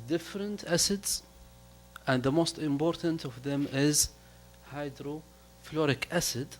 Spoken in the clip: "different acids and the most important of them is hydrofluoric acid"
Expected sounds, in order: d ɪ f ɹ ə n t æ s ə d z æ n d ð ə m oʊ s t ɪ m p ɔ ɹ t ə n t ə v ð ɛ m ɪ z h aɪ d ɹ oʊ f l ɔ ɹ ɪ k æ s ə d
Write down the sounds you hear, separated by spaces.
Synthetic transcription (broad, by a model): d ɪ f ɹ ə n t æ s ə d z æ n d ð ə m oʊ s t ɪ m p ɔ ɹ t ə n t ə v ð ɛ m ɪ z h aɪ d ɹ oʊ f l ɔ ɹ ɪ k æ s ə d